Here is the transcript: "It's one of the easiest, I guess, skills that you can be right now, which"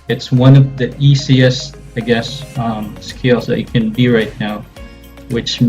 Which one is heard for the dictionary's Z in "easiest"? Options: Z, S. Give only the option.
S